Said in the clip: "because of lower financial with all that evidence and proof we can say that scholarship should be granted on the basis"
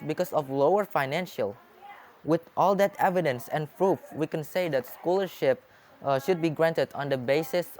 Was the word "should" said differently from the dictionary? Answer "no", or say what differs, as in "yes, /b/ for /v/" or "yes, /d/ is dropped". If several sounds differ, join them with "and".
no